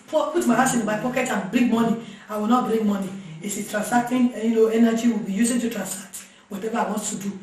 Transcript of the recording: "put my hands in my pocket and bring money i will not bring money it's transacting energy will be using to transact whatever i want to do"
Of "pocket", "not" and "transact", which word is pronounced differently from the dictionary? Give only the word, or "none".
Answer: transact